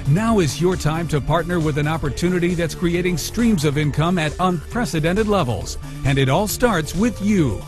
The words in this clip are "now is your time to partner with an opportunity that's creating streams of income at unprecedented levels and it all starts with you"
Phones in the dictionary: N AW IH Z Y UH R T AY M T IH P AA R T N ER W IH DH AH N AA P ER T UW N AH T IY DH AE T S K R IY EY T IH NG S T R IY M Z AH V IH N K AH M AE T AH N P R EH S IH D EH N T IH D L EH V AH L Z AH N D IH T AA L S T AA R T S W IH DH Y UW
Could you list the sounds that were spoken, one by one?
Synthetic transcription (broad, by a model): N AW IH Z Y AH R T AY M T IH P AA R T N ER W IH DH AH N AA P ER T UW N AH T IY DH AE T S K R IY EY T IH NG S T R IY M Z AH V IH N K AH M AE T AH N P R EH S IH D EH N T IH D L EH V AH L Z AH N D IH T AA L S T AA R T S W IH DH Y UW